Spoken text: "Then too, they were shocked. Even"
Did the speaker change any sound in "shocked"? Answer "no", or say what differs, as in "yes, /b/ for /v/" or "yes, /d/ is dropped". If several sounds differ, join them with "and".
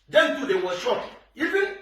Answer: yes, /t/ is dropped